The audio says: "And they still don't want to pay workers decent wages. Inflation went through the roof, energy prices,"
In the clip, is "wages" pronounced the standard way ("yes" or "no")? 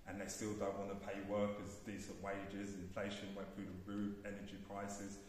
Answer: yes